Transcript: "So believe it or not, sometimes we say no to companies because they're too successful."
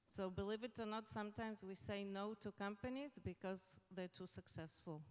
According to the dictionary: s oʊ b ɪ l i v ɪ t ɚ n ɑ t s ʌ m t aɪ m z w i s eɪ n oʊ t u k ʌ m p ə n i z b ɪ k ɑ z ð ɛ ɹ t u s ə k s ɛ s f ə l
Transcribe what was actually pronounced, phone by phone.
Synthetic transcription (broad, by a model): s oʊ b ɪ l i v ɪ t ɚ n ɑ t s ʌ m t aɪ m z w i s eɪ n oʊ t u k ʌ m p ə n i z b ɪ k ɑ z ð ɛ ɹ t u s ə k s ɛ s f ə l